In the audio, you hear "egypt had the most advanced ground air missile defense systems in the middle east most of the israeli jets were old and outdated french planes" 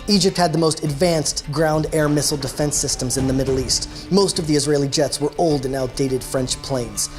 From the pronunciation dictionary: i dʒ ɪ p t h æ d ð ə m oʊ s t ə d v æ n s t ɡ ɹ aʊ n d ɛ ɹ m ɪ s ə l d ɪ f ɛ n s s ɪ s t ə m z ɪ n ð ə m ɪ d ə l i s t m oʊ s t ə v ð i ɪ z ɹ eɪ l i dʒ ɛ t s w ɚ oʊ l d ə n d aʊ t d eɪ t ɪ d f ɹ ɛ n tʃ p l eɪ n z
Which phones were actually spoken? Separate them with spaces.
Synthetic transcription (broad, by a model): i dʒ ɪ p t h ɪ d ð ə m oʊ s t ə d v æ n s t ɡ ɹ aʊ n d ɛ ɹ m ɪ s l d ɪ f ɛ n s s ɪ s t ə m z ɪ n ð ə m ɪ d l i s t m oʊ s t ə v ð i ɪ z ɹ eɪ l i dʒ ɛ t s w ɚ oʊ l d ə n aʊ t d eɪ t ɪ d f ɹ ɛ n tʃ p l eɪ n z